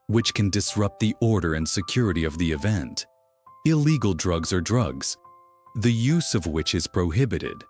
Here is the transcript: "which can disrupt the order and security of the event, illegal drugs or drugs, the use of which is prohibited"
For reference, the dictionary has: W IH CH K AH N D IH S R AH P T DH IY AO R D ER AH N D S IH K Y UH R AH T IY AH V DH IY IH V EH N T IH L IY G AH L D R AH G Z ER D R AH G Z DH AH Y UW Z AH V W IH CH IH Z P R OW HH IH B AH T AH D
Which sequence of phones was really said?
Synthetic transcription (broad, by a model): W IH CH K AH N D IH S R AH P T DH IY AO R D ER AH N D S IH K Y UH R AH T IY AH V DH IY IH V EH N T IH L IY G L D R AH G Z ER D R AH G Z DH AH Y UW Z AH V W IH CH IH Z P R OW HH IH B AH T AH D